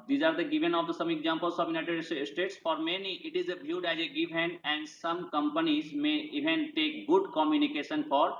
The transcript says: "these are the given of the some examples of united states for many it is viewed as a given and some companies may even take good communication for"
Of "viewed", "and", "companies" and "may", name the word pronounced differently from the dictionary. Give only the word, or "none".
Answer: viewed